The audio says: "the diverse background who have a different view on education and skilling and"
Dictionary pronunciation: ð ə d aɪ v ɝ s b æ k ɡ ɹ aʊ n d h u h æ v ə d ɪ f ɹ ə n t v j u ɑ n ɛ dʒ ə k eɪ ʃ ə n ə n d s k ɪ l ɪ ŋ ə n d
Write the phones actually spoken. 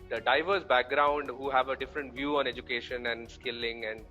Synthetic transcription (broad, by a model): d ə d aɪ v ɝ s b æ k ɡ ɹ aʊ n d h u h æ v ə d ɪ f ɹ ə n t v j u ɑ n ɛ dʒ ə k eɪ ʃ ə n ə n d s k ɪ l ɪ ŋ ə n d